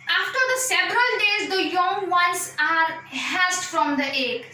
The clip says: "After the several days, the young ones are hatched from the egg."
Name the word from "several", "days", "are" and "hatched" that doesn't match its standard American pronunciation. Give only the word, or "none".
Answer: hatched